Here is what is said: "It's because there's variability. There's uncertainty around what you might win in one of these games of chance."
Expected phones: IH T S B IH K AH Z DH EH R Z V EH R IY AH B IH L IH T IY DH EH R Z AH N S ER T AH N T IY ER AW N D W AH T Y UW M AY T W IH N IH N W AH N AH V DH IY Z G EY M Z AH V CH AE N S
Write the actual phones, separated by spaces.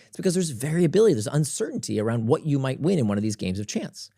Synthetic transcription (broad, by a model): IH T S B IH K AH Z DH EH R Z V EH R IY AH B IH L IH T IY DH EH R Z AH N S ER T N T IY ER AW N D W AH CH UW M AY T W IH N IH N W AH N AH V DH IY Z G EY M Z AH V CH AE N S